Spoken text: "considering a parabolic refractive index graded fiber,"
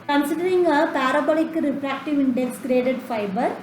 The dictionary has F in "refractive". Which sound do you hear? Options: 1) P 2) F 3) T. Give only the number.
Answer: 1